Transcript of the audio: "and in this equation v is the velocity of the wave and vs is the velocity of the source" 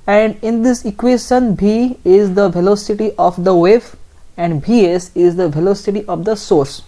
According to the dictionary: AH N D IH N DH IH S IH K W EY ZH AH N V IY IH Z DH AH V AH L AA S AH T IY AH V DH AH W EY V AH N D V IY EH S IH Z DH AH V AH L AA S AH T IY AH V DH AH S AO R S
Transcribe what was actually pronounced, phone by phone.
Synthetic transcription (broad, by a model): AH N D IH N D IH S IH K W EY SH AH N B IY IH Z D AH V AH L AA S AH T IY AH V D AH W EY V AH N D B IY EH S IH Z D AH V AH L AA S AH T IY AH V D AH S AO R S